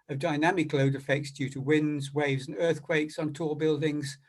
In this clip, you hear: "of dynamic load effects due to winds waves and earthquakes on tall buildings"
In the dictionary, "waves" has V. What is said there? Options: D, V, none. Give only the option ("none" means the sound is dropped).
V